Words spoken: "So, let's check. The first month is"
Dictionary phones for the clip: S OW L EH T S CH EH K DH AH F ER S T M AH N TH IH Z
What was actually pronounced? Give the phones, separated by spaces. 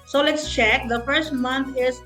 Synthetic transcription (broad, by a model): S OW L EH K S CH EH K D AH F ER S T M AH N T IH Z